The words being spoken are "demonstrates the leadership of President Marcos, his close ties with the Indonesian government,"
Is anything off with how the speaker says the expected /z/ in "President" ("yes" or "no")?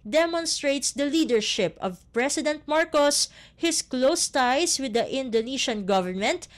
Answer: yes